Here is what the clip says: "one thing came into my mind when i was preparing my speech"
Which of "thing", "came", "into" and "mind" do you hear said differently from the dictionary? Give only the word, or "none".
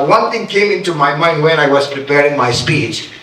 thing